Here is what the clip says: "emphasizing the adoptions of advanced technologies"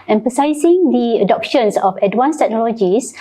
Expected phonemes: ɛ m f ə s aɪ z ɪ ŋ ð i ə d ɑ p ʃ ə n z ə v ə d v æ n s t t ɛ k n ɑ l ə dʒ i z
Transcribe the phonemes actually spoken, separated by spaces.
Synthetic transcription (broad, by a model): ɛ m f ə s aɪ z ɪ ŋ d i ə d ɑ p ʃ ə n s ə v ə d w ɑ n s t t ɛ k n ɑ l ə dʒ i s